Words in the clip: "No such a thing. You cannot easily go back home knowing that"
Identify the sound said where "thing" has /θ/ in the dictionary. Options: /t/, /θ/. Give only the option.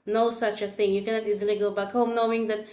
/θ/